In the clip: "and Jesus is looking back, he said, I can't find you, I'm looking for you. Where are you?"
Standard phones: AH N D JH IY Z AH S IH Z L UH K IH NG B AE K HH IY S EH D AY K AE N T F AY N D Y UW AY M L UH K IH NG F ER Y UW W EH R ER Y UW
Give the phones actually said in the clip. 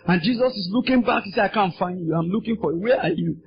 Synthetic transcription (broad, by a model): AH N JH IY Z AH S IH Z L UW K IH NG B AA K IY S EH AY K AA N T F AY N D Y UW AY M L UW K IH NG F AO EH W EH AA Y UW